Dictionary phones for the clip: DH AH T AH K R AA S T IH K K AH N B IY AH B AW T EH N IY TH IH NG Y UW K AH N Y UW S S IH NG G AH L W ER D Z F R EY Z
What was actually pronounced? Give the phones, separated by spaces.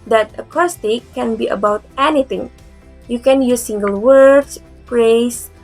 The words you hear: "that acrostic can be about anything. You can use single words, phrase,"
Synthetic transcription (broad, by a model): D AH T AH K AA S T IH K K AH N B IY AH B AW T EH N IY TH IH NG Y UW K AH N Y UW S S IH NG G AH L W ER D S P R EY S